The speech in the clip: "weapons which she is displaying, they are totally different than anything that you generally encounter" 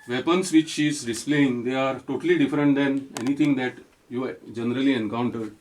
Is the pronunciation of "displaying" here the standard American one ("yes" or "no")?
yes